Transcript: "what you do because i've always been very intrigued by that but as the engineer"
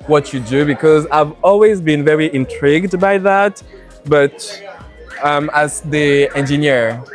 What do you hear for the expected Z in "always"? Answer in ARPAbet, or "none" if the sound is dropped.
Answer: Z